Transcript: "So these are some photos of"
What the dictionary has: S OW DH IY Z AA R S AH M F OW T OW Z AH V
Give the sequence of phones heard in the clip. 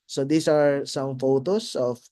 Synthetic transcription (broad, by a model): S OW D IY S AA R S AH M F OW T OW S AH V